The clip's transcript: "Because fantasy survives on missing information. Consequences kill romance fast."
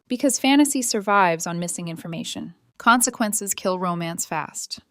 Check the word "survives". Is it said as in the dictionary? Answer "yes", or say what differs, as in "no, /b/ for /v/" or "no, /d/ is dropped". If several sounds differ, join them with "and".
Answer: yes